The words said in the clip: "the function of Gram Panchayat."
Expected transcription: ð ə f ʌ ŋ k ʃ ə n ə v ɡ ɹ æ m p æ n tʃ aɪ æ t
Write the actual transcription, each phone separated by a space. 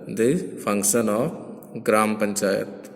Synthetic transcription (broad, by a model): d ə p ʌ ŋ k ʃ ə n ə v ɡ ɹ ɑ m p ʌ n tʃ aɪ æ t